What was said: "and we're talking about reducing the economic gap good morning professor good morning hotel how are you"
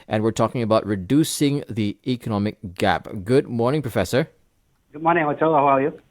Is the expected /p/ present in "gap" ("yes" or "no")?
yes